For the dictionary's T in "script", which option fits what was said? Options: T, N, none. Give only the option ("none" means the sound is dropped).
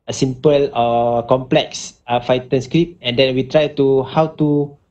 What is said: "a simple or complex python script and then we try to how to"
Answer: none